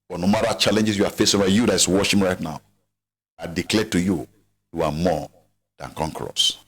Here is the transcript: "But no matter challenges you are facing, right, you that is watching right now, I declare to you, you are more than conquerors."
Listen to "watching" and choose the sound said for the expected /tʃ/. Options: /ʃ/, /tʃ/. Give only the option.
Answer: /ʃ/